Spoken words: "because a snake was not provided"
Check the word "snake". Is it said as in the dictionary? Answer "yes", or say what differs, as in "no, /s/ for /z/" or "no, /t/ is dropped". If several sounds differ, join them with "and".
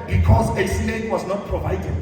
no, /l/ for /n/